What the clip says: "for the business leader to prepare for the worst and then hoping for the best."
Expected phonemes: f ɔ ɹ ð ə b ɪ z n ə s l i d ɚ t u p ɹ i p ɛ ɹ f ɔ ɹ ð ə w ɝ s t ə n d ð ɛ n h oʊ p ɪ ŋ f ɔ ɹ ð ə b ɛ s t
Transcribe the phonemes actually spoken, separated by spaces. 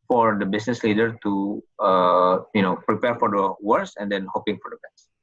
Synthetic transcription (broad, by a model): f ɔ ɹ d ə b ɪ s n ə s l i d ɚ t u p ɹ i p ɛ ɹ f ɔ ɹ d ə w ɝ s ə n d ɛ n h oʊ p ɪ ŋ f ɔ ɹ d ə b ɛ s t